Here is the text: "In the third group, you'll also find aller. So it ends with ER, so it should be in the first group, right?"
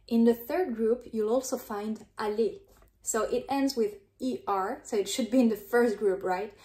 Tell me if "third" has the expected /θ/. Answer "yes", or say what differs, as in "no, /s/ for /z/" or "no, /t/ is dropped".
yes